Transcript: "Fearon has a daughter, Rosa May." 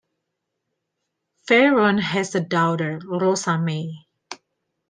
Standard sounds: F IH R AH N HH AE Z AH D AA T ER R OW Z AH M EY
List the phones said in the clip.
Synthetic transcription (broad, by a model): F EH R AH N HH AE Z AH D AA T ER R OW S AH M EY